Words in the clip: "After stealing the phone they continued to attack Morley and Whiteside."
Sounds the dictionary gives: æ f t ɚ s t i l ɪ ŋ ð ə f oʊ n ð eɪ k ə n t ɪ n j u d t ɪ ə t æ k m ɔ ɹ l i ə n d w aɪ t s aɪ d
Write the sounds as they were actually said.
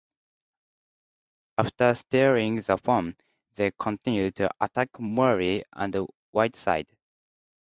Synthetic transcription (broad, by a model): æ f t ɚ s t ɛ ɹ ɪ ŋ ð ə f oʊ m ð eɪ k ə n t ɪ n j u d t ɪ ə t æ k m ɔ ɹ i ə n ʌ w aɪ t s aɪ d